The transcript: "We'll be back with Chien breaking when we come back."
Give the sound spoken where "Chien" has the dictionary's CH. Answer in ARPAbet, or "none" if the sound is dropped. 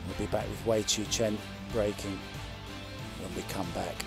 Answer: CH